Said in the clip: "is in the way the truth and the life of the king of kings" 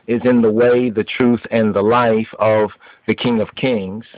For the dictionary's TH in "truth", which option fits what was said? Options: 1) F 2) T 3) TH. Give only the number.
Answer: 3